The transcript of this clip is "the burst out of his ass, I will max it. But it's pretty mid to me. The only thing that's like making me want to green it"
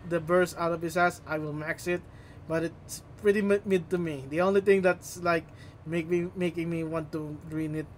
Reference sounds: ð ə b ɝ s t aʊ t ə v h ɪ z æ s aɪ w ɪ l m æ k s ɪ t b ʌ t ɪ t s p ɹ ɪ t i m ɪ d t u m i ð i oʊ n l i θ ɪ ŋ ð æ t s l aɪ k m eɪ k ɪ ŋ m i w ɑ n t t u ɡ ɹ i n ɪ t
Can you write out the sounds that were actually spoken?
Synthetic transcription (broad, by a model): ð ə b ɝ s aʊ t ə v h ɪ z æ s aɪ w ɪ l m æ k s ɪ t b ʌ t ɪ t s p ɹ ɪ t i m ɪ d t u m i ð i oʊ n l i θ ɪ ŋ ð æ t s l aɪ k m eɪ k ɪ ŋ m i w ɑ n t t u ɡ ɹ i n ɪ t